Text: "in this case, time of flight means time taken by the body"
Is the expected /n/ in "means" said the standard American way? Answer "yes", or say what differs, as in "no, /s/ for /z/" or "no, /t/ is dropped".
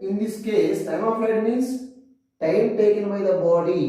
no, /n/ is dropped